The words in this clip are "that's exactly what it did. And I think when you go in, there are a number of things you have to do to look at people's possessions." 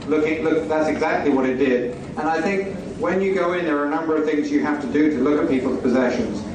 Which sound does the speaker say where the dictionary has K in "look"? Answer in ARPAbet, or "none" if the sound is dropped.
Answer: K